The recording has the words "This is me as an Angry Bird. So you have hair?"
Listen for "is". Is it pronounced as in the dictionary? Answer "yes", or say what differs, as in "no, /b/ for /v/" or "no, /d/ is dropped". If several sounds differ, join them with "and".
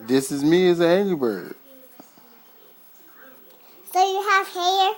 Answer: yes